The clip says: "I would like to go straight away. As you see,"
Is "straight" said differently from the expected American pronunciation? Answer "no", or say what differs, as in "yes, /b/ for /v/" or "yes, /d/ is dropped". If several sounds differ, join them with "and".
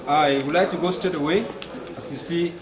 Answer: yes, /ɹ/ is dropped